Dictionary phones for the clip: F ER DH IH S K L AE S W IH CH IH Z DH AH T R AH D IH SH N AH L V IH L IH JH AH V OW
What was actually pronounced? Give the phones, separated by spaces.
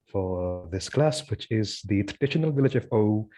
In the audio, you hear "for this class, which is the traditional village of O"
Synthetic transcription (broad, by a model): F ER DH IH S K L AE S W IH CH IH Z DH AH T R AH D IH SH N AH L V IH L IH JH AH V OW